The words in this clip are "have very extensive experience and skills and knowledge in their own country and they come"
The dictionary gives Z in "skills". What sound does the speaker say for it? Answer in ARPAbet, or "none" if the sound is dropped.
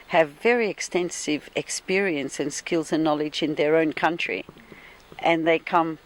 Z